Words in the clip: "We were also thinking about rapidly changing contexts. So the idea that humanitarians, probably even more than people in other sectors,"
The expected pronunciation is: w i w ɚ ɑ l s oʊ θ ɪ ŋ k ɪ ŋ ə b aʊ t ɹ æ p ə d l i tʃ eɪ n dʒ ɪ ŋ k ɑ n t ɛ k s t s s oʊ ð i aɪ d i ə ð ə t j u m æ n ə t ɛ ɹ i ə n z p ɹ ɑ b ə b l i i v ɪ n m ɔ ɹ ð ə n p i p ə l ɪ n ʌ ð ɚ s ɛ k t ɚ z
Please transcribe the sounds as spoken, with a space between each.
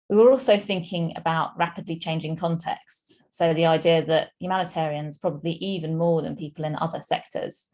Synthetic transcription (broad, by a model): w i w ɚ ɑ l s oʊ θ ɪ ŋ k ɪ ŋ ə b aʊ t ɹ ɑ p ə d l i tʃ eɪ n dʒ ɪ ŋ k ɑ n t ɛ k s t s s oʊ ð i aɪ d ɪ ə ð ə t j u m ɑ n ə t ɛ ɹ i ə n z p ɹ ɑ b ə b l i i v ɪ n m ɔ ð ə n p i p ə l ɪ n ʌ ð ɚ s ɛ k t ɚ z